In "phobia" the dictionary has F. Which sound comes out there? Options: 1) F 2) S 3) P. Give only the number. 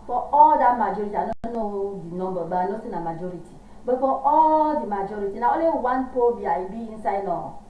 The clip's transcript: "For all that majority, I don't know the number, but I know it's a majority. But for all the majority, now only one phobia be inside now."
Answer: 3